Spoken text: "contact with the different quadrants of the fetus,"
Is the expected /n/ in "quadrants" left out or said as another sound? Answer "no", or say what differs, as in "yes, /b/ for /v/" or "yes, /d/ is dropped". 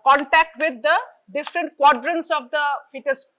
no